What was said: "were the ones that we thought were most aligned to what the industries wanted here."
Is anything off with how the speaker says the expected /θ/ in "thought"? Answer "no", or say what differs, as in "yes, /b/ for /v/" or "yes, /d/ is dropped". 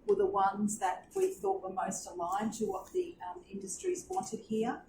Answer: no